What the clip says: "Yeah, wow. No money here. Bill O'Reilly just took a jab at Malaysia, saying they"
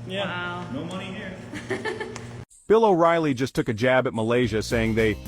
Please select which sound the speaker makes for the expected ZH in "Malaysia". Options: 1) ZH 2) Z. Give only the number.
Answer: 1